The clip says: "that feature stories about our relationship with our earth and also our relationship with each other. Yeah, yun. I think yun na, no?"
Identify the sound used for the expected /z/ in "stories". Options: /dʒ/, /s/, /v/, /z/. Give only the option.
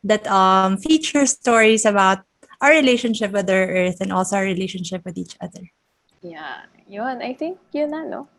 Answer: /s/